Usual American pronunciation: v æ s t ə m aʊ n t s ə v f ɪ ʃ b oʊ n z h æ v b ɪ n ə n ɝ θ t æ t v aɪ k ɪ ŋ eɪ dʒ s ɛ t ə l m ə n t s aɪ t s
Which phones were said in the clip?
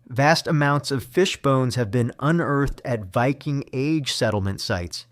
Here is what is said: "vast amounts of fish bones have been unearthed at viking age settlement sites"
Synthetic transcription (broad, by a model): v æ s t ə m aʊ n t s ə v f ɪ ʃ b oʊ n z h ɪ v b ɪ n ə n ɝ θ t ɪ t v aɪ k ɪ ŋ eɪ dʒ s ɛ t l m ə n t s aɪ t s